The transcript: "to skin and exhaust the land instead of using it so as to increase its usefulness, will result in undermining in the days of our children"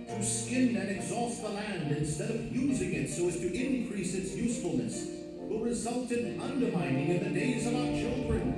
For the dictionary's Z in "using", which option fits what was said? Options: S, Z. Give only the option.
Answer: Z